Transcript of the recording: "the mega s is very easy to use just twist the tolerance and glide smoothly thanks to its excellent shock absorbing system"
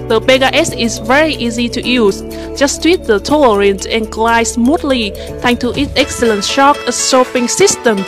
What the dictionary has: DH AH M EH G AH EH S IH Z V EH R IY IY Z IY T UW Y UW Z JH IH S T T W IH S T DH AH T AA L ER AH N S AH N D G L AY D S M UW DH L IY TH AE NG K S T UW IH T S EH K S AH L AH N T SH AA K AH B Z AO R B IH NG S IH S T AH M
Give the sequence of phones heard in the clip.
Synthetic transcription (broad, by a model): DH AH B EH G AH EH S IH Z V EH R IY IY Z IY T UW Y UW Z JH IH S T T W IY T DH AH T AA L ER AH N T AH N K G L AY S M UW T L IY T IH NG T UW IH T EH K S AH L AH N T SH AA K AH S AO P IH NG S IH S T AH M